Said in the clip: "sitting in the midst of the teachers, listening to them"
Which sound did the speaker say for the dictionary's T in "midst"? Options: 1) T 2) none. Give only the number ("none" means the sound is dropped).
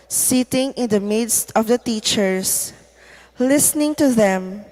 1